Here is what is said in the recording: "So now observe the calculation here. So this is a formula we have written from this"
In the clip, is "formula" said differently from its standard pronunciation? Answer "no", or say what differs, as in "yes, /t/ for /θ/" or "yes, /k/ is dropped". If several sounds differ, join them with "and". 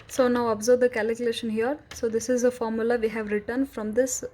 no